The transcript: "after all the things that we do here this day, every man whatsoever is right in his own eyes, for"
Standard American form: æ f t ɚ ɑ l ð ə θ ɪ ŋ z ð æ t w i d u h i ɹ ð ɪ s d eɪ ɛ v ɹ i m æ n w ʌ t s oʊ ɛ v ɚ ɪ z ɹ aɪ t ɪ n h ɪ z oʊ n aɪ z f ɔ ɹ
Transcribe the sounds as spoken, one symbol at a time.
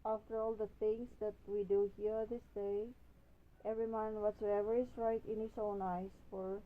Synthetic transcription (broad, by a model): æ f t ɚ ɑ l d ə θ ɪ ŋ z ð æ t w i d u h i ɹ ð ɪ s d eɪ ɛ v ɹ i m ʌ n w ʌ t s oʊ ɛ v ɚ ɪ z ɹ aɪ t ɪ n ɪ s oʊ n aɪ s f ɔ ɹ